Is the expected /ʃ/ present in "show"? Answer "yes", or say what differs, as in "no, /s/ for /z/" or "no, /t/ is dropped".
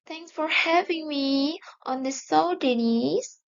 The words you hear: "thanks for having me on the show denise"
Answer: no, /s/ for /ʃ/